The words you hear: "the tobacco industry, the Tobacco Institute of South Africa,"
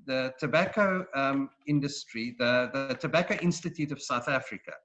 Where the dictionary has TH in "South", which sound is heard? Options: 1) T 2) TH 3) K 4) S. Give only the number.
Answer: 2